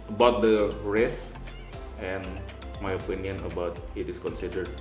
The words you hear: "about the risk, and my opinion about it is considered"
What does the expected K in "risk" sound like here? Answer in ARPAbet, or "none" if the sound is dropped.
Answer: none